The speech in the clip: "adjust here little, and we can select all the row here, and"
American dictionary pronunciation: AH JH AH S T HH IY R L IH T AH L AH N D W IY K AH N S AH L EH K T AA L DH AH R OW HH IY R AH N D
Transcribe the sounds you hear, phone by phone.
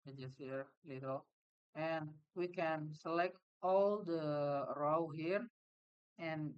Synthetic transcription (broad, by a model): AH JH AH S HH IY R L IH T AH L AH N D W IY K AH N S AH L EH K T AA L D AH R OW HH IY R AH N